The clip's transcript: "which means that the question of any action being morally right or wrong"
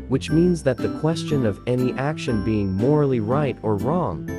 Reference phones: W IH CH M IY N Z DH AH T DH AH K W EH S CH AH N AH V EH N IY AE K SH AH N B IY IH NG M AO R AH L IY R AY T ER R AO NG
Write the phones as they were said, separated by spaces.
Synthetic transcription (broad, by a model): W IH CH M IY N Z DH AH T DH AH K W EH S CH AH N AH V EH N IY AE K SH AH N B IY IH NG M AO R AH L IY R AY T ER R AO NG